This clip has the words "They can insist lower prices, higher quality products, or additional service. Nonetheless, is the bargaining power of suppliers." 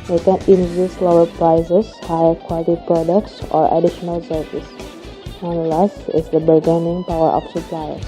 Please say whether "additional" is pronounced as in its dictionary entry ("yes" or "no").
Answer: yes